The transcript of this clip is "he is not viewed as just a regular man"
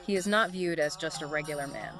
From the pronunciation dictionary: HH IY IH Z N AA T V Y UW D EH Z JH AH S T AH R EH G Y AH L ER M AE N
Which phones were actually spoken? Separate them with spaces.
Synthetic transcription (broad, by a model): HH IY IH Z N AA T V Y UW D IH Z JH AH S T AH R EH G Y L ER M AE N